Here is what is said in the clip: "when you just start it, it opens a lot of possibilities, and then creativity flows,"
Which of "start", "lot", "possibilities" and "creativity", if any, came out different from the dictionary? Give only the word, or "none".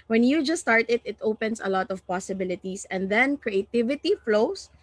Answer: possibilities